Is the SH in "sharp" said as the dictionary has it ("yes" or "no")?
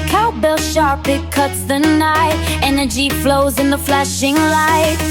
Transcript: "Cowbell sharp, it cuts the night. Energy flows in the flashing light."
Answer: yes